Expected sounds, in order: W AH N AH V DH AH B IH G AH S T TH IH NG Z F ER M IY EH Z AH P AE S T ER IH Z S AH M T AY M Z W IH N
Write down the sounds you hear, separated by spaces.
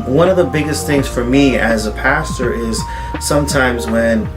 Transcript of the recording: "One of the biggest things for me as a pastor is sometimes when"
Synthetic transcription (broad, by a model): W AH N AH V DH AH B IH G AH S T TH IH NG Z F ER M IY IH Z AH P AE S T ER IH Z S AH M T AY M Z W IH N